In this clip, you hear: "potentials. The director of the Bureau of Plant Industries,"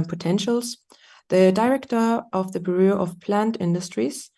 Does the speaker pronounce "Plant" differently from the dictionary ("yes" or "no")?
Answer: no